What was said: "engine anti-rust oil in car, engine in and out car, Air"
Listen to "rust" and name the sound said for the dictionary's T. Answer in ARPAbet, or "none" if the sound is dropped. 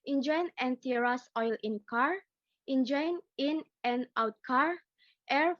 none